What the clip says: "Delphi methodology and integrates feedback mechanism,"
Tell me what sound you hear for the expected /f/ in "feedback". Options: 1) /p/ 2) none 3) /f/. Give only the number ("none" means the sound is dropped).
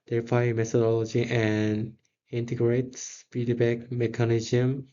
1